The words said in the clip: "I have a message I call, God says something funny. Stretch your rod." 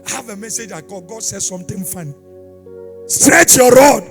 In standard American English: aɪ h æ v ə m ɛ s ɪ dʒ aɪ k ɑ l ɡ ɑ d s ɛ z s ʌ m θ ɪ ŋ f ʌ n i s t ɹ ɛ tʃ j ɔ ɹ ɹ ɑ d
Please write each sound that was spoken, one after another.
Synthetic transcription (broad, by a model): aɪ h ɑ v ə m ɛ s ɪ dʒ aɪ k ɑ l ɡ ɑ d s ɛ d s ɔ m t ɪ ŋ f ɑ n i s t ɹ ɛ tʃ j ɔ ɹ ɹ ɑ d